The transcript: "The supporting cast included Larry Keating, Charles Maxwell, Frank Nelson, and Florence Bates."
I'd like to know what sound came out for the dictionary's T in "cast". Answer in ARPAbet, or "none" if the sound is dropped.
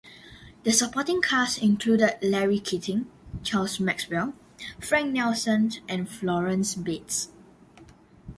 none